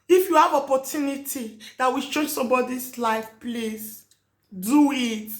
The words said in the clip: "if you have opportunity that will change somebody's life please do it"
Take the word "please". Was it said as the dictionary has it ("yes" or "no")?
no